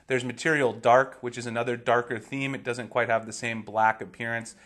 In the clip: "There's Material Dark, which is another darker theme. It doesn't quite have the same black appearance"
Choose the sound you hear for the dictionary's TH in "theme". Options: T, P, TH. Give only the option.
TH